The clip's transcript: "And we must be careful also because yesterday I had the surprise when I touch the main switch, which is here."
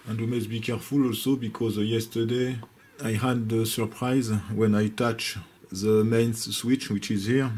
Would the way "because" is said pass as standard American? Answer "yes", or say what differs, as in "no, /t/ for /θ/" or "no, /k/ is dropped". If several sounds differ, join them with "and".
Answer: yes